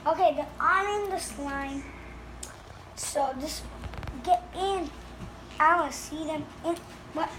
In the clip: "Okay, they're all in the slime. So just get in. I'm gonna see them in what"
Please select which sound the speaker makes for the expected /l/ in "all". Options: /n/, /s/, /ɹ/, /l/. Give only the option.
/n/